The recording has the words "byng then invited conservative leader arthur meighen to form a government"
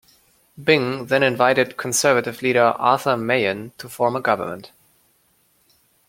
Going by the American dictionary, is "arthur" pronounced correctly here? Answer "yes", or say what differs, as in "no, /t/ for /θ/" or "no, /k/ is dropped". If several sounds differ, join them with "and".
yes